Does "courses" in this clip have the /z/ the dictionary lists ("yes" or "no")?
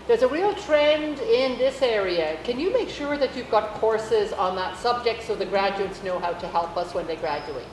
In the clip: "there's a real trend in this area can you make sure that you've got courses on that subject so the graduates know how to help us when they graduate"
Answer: yes